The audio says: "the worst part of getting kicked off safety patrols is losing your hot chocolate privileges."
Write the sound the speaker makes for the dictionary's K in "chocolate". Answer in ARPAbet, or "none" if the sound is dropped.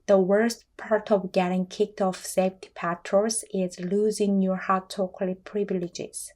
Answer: none